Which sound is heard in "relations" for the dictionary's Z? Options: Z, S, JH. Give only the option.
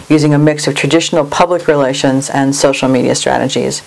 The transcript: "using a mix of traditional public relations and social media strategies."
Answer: Z